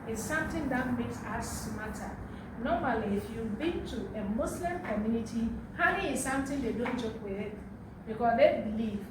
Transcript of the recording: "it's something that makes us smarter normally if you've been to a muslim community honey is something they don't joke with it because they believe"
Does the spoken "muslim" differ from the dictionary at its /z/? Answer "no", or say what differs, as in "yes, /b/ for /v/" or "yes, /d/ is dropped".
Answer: yes, /s/ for /z/